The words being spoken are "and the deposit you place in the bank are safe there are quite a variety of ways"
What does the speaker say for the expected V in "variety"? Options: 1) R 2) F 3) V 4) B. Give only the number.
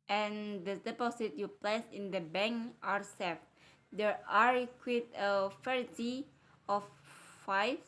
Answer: 2